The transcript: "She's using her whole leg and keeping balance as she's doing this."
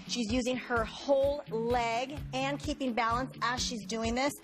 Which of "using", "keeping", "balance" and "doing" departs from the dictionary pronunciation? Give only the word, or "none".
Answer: none